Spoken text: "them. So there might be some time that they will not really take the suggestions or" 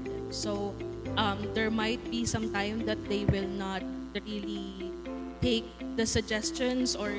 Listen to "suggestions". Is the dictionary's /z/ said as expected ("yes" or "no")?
no